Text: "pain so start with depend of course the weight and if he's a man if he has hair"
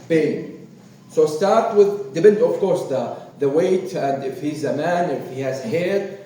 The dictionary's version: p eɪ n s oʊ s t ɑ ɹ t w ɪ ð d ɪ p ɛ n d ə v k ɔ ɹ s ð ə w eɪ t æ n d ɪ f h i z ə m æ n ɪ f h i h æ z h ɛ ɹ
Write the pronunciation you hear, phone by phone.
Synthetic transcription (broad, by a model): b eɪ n s oʊ s t ɑ ɹ t w ɪ ð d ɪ b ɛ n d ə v k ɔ ɹ s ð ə w eɪ t æ n d ɪ f h i z ə m æ n ɪ f h i h æ z h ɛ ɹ